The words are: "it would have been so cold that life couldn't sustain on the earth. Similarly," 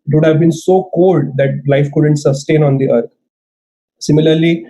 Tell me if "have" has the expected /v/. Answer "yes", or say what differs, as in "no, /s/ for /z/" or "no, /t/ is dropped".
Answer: yes